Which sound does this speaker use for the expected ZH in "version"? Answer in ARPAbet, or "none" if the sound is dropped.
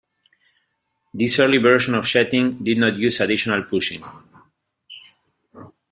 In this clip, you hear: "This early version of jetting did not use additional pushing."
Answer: SH